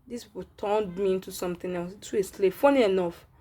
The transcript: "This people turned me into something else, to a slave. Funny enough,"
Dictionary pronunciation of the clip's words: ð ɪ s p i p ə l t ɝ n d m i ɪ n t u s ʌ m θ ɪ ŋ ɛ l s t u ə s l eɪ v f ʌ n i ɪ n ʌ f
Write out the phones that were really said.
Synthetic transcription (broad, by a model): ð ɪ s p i p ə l t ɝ n d m i ɪ n t u s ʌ m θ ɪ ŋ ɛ w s t u ə s l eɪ f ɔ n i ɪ n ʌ f